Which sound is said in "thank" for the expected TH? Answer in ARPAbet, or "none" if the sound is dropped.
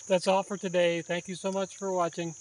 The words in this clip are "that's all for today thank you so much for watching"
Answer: TH